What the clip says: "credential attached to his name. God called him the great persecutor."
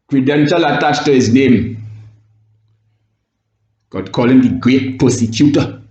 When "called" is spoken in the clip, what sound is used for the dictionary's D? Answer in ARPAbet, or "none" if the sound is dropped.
none